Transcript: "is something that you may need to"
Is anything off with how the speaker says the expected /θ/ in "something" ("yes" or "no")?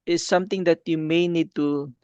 yes